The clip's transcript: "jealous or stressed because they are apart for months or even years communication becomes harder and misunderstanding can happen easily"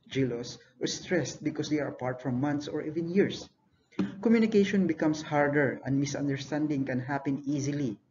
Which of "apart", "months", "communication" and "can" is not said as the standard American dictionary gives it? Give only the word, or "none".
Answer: months